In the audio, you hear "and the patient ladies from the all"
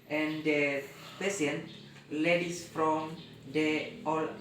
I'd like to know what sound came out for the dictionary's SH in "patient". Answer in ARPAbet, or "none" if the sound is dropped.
S